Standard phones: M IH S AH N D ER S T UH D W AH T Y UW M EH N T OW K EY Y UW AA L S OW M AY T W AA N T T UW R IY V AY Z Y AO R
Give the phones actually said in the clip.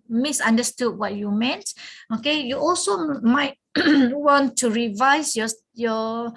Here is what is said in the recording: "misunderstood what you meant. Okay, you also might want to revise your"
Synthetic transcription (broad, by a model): M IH S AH N D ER S T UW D W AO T Y UW M EH N T OW K EY Y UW AA L S OW M AY T W AA N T T UW R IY V AY S Y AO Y